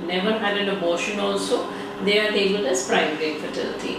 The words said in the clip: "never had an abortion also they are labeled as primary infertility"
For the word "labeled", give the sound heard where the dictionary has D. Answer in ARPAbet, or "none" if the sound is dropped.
none